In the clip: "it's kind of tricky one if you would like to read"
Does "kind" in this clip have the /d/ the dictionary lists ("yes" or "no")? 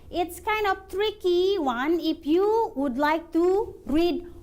yes